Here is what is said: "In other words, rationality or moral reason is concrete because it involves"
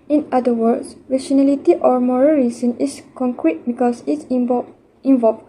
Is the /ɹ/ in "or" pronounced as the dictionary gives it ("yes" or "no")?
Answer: yes